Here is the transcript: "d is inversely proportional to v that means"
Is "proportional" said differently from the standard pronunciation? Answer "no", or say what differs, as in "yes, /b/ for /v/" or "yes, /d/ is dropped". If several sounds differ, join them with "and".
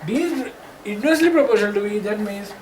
yes, /n/ is dropped